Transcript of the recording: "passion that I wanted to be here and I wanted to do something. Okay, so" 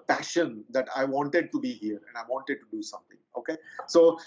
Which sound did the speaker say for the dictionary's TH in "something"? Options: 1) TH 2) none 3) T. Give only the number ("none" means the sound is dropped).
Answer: 3